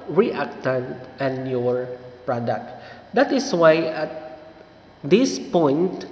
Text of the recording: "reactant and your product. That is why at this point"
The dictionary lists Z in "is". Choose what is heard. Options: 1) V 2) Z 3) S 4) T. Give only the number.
3